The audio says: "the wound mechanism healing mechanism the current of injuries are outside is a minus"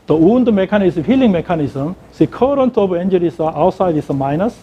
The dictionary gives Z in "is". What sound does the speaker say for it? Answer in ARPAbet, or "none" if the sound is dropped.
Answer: S